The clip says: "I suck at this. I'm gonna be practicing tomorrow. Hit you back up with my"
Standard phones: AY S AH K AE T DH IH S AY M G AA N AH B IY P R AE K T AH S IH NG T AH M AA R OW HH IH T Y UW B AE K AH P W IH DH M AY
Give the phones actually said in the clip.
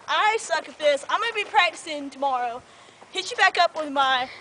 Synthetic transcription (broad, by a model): AY S AH K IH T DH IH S AY M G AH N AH B IY P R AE K T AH S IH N T AH M AA R OW HH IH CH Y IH B AE K AH P W IH DH M AY